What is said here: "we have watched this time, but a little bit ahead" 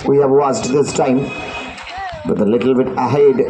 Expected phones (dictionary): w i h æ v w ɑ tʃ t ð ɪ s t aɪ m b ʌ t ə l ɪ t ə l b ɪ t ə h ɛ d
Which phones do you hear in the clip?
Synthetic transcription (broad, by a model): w i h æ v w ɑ s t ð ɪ s t aɪ m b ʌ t ə l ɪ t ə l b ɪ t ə h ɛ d